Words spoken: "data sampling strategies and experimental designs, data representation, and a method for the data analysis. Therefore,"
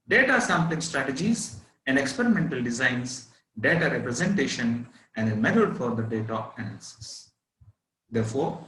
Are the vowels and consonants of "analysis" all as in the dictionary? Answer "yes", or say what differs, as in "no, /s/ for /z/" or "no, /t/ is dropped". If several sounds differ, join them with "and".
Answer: no, /n/ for /l/